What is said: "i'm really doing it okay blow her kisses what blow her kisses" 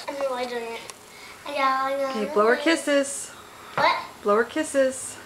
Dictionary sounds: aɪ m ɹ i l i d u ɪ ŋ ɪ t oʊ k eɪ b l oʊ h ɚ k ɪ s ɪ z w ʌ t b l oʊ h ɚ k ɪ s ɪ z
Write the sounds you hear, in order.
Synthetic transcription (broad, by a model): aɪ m w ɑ i d u ɪ ŋ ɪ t oʊ k eɪ b l oʊ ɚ k ɪ s ɪ z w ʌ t b l oʊ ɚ k ɪ s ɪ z